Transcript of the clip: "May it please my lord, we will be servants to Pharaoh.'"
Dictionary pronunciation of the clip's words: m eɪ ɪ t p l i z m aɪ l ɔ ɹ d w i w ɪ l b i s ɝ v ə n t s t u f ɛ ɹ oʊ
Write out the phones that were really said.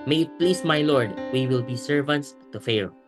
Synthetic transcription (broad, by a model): m eɪ ɪ t p l i s m aɪ l ɔ ɹ d w i w ɪ l b i s ɝ v ə n t s t u f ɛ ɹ